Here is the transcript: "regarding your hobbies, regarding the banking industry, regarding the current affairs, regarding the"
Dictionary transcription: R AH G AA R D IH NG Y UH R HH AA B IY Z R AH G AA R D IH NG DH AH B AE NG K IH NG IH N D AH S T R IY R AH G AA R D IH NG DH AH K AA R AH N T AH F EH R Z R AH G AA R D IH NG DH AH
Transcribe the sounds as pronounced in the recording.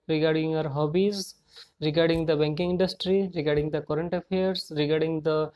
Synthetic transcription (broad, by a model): R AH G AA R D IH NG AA R HH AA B IY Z R AH G AA R D IH NG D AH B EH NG K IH NG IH N D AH S T R IY R AH G AA R D IH NG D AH K AA R AH N T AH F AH R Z R AH G AA R D IH NG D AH